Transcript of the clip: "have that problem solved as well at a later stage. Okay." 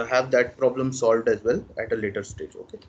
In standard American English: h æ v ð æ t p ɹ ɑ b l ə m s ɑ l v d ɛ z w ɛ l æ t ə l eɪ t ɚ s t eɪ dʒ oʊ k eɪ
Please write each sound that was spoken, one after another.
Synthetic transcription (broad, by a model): h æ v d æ t p ɹ ɑ b l ə m s ɑ l v d ɛ z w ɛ l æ t ə l eɪ t ɚ s t eɪ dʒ oʊ k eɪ